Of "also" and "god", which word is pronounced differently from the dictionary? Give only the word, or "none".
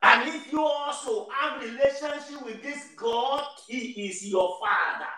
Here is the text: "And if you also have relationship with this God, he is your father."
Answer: none